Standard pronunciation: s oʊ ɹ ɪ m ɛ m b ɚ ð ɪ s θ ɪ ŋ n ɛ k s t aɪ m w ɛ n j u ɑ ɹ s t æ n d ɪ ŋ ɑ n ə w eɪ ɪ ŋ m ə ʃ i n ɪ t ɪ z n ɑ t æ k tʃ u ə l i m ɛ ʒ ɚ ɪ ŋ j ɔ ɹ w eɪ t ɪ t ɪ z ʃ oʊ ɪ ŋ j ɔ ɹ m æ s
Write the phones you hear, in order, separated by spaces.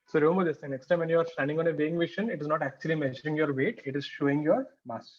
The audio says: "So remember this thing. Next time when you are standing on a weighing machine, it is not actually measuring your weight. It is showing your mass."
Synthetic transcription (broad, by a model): s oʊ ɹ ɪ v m ɚ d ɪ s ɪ n ɛ k s t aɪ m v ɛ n j u ɑ ɹ s t æ n d ɪ ŋ ɑ n ə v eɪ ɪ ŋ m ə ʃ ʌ n ɪ t ɪ z n ɑ t æ k tʃ u ə l i m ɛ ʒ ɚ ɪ ŋ j ɔ ɹ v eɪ t ɪ t ɪ z ʃ oʊ ɪ ŋ j ɔ ɹ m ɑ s